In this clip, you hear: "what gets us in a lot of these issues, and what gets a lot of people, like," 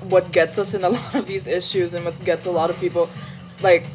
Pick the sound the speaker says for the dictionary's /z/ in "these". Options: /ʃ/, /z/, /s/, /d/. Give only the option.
/z/